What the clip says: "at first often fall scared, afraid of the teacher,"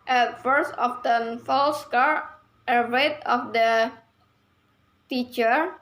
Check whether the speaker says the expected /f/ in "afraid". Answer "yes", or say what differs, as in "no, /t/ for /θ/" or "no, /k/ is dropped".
no, /f/ is dropped